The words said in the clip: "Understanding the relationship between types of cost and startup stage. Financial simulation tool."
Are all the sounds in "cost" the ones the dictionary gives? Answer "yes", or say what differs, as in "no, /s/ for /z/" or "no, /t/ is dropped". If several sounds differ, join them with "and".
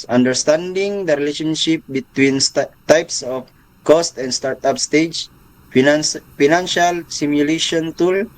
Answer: yes